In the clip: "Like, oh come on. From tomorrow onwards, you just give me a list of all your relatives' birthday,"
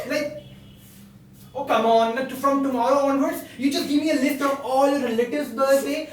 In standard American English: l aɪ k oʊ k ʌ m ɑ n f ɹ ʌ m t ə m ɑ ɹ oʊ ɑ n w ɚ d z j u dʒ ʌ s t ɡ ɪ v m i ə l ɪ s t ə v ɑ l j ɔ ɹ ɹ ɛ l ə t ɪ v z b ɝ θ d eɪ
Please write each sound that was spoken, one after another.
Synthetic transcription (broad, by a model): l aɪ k oʊ k ʌ m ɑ n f ɹ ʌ m t ə m ɑ ɹ oʊ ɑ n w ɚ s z j u dʒ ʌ s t ɡ ɪ v m i ə l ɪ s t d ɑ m ɔ l ɹ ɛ l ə t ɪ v b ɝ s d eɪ